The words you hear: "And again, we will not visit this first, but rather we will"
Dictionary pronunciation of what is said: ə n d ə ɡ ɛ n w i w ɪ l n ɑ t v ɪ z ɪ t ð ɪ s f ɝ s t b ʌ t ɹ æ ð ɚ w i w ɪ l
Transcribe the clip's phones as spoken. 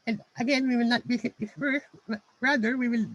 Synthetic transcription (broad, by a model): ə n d ə ɡ ɛ n w i w ɪ l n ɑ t b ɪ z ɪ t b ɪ f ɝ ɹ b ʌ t ɹ æ ð ɚ w i w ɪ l